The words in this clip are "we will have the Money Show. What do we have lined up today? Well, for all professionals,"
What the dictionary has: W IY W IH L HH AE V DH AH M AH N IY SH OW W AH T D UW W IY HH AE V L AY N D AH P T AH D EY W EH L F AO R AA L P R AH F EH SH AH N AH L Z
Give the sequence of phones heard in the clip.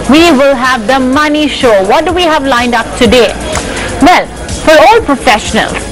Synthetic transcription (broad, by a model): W IY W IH L HH AE V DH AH M AH N IY SH OW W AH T D UW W IY HH AE V L AY N D AH P T AH D EY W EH L F AO R AA L P R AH F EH SH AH N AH L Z